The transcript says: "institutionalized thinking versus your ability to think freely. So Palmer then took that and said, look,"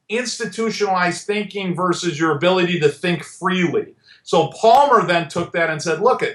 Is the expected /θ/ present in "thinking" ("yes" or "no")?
yes